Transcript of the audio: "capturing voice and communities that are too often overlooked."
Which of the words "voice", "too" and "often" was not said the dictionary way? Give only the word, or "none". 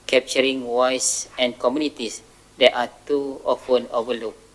voice